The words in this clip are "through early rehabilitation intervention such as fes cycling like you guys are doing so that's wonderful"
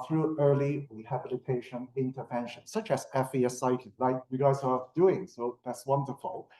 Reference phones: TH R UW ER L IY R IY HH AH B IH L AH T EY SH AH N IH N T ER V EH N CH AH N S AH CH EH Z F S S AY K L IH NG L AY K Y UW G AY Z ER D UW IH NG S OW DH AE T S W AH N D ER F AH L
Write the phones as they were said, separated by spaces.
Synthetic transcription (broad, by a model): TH R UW ER L IY W IY HH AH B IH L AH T EY SH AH N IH N T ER V EH N SH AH N S AH CH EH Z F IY S AY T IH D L AY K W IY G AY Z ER D UW IH NG S OW DH AE T S W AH N D ER F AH L